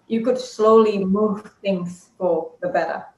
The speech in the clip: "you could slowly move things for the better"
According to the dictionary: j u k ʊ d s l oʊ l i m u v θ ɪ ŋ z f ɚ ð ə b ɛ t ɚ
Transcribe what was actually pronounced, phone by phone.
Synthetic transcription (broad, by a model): j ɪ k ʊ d s l oʊ l i m u v θ ɪ ŋ z f ɚ ð ə b ɛ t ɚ